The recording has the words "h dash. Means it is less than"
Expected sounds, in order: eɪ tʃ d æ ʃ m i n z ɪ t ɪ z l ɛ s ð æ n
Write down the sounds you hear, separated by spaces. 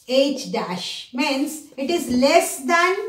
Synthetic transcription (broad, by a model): eɪ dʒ d æ ʃ m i n s ɪ t ɪ z l ɛ s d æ n